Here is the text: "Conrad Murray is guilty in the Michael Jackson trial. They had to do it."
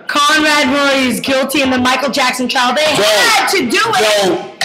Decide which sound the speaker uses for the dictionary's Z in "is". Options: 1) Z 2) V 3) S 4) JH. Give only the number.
1